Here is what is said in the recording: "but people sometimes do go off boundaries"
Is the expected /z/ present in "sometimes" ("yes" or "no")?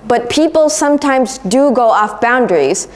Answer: yes